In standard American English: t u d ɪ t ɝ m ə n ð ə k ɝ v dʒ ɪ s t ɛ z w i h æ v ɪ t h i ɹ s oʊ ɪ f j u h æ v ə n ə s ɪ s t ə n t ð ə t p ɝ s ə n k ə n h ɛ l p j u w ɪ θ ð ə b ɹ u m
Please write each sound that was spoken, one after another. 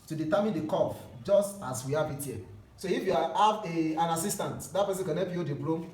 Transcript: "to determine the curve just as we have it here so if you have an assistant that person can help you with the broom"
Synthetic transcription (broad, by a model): t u d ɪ t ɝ m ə n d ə k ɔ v dʒ ɪ s t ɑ s w i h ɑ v ɪ t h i s oʊ ɪ f j u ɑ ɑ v ə n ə s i s t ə n t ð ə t p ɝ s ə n k ə n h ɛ p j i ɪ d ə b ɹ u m